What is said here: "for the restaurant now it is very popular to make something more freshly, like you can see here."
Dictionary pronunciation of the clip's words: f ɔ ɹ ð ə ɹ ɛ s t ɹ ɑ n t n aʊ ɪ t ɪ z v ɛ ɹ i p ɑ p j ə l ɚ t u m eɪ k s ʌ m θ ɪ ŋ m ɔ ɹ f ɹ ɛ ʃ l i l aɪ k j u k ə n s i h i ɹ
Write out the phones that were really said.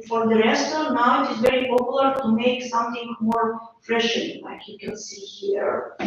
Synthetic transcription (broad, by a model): f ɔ ɹ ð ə ɹ ɛ s t ɑ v n aʊ ɪ t ɪ z v ɛ ɹ i p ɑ p j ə l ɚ t u m eɪ k s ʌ m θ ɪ ŋ m ɔ ɹ f ɹ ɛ ʃ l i l aɪ k j u k ə n s i h i ɹ